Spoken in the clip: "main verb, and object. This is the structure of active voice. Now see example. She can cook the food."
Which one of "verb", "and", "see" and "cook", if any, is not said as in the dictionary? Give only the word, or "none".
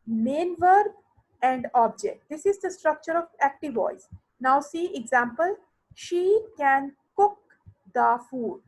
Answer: none